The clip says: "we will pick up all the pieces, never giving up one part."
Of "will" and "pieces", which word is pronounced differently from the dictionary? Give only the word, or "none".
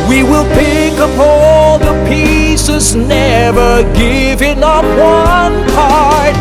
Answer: none